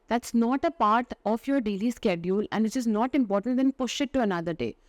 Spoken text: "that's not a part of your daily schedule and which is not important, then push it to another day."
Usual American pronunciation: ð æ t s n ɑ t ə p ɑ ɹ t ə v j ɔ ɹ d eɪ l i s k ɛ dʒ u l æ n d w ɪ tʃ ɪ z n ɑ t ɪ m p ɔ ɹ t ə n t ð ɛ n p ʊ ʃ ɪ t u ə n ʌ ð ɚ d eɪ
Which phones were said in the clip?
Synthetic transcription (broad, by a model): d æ t s n ɑ t ə p ɑ ɹ t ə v j ɔ ɹ d eɪ l i s k ɛ dʒ u l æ n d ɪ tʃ ɪ z n ɑ t ɪ m p ɔ ɹ t ə n t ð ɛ n p ʊ ʃ ɪ t u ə n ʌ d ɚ d eɪ